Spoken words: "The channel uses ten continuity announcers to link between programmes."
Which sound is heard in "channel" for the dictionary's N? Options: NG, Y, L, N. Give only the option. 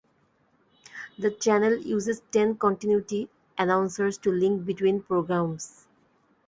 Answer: N